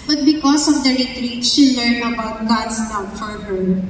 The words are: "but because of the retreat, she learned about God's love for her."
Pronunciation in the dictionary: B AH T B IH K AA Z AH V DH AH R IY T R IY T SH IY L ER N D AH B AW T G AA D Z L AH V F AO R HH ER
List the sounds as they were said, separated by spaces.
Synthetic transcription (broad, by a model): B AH T B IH K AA S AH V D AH R IY T R IY T SH IY L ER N AH B AW T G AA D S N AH F AO R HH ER